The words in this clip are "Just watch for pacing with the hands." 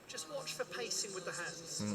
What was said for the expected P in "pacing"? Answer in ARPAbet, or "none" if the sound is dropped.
P